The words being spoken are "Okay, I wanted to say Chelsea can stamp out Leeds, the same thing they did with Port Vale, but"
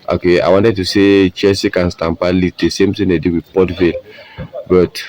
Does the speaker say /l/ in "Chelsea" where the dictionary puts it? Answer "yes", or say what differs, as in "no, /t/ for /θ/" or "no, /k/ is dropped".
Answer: no, /l/ is dropped